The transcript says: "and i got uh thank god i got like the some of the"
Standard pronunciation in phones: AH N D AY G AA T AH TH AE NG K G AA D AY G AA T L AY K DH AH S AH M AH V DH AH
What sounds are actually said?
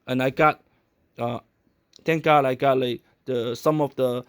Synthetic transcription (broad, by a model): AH N AY G AA T AH T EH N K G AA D AY G AA T L AY K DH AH S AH M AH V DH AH